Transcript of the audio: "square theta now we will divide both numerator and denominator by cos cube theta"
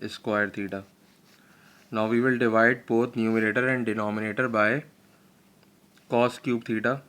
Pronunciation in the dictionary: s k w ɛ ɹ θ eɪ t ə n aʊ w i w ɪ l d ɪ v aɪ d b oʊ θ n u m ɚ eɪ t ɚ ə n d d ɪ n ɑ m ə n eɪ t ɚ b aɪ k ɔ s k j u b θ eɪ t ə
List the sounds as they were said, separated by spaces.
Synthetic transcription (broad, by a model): s k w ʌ ɹ t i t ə n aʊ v i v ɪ l d ɪ v aɪ d b oʊ t n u m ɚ eɪ t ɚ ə n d d ɪ n ɑ m ə n eɪ t ɚ b aɪ k ɔ s k j u b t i t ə